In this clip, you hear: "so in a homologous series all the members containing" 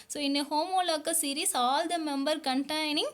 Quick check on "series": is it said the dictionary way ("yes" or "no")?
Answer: no